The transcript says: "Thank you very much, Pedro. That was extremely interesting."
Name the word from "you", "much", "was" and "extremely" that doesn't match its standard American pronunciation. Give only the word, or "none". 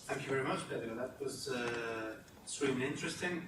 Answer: extremely